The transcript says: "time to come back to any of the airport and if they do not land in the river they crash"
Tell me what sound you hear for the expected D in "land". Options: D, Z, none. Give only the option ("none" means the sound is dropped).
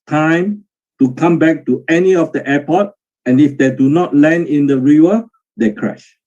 none